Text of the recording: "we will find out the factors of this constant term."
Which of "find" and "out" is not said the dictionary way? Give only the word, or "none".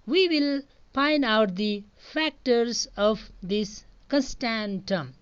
find